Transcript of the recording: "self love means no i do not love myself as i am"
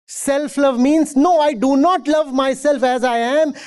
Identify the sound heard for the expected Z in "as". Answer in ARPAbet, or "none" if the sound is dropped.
Z